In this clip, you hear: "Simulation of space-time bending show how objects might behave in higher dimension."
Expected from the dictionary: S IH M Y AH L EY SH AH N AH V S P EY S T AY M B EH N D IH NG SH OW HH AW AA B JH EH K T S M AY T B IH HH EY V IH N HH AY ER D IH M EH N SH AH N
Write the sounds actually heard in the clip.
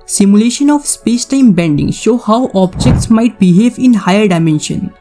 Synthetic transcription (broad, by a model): S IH M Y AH L EY SH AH N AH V S P EY S T AY M B EH N D IH NG SH OW HH AW AA B JH EH K T S M AY T B IH HH EY V IH N HH AY ER D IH M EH N SH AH N